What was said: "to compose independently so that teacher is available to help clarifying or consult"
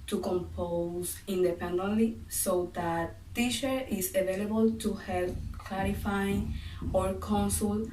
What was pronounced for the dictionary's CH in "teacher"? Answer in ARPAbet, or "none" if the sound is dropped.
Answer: SH